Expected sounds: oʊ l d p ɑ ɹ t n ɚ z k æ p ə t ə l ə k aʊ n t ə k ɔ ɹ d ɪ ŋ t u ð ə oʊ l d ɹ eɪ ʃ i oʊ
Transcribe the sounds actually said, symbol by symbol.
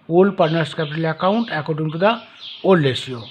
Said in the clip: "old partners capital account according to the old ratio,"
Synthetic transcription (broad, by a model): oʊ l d p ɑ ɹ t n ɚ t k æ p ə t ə l ə k aʊ n t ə k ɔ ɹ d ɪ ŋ t u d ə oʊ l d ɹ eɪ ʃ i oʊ